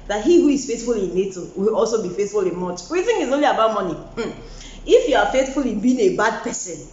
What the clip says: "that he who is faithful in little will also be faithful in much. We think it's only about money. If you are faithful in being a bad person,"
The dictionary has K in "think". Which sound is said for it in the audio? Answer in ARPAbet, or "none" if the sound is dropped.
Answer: none